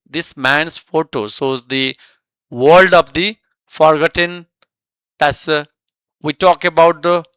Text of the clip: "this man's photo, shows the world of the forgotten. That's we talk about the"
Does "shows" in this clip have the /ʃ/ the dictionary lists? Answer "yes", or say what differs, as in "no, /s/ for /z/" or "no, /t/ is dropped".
no, /s/ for /ʃ/